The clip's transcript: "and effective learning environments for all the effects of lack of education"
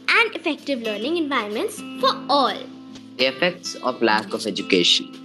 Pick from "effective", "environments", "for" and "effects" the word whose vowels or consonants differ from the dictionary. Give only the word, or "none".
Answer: none